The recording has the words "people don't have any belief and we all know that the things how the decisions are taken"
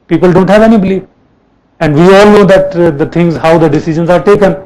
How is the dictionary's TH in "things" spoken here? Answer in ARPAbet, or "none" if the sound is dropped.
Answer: T